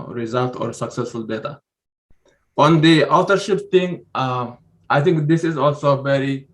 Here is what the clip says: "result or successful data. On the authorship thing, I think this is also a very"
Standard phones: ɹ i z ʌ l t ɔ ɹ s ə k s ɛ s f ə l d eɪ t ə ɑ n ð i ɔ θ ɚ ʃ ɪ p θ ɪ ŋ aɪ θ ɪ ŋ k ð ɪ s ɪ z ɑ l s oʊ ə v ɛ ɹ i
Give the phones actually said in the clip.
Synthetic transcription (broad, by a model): ɹ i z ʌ l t ɔ ɹ s ə k s ɛ s f ə l d eɪ t ə ɑ n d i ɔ t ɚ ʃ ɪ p t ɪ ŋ aɪ t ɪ ŋ k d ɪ s ɪ z ɑ l s oʊ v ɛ ɹ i